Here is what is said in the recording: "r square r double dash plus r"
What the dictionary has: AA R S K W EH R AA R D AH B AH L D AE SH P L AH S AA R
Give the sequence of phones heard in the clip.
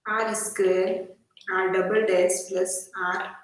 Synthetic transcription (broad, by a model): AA R S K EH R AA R D AH B AH L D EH S P L AH S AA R